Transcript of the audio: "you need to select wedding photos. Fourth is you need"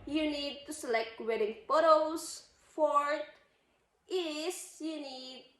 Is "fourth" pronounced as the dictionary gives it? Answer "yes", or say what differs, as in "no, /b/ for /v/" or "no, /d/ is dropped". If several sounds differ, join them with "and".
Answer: no, /t/ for /θ/